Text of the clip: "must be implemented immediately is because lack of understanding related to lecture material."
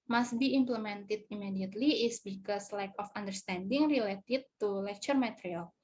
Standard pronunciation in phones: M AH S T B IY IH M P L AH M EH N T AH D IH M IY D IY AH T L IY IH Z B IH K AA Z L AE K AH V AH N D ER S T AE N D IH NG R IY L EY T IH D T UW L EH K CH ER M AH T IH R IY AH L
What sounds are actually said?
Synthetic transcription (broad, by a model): M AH S T B IY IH M P L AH M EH N T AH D IH M IY D IY AH T L IY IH S B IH K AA S L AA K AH F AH N D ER S T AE N D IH NG R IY L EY T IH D T UW L EH K CH ER M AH T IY R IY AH L